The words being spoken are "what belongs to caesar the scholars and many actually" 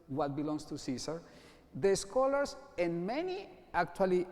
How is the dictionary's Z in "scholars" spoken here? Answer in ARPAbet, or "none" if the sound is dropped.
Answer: S